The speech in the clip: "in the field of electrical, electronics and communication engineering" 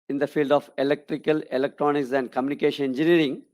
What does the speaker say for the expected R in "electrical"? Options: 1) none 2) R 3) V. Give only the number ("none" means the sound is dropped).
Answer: 2